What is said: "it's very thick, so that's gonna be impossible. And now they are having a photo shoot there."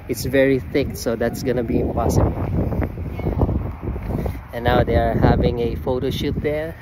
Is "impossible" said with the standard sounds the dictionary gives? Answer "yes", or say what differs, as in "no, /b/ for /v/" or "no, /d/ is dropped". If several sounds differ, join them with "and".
no, /n/ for /l/